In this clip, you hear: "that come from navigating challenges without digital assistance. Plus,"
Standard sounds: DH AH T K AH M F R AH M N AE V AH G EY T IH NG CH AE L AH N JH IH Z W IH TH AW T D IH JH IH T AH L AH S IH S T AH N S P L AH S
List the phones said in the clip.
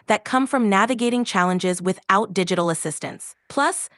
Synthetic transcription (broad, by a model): DH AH T K AH M F R AH M N AE V AH G EY T IH NG CH AE L AH N JH IH Z W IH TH AW T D IH JH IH T L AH S IH S T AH N S P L AH S